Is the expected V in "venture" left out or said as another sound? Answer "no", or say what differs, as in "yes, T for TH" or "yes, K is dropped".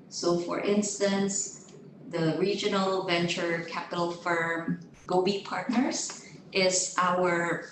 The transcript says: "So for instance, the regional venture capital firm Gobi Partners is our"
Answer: no